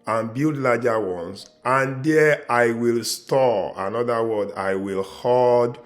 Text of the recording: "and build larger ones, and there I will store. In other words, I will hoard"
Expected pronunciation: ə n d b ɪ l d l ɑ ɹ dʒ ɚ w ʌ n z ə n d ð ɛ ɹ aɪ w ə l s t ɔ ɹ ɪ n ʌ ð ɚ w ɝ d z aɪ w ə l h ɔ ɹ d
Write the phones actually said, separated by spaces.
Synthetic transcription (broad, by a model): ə n b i l d l ɑ dʒ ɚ w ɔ n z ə n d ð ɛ aɪ w ə l s t ɔ ɪ n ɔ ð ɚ w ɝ d aɪ w ə l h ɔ d